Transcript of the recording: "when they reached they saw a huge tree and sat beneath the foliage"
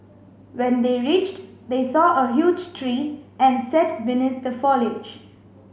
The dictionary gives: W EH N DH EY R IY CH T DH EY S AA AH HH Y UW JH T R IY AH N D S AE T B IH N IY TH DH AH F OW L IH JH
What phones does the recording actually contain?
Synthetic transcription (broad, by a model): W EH N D EY R IY CH T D EY S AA AH HH Y UW JH T R IY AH N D S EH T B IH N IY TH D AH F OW L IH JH